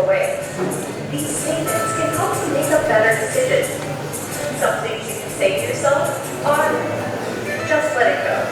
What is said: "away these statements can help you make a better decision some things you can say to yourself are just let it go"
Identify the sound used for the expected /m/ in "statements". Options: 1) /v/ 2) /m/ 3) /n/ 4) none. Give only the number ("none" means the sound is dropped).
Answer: 4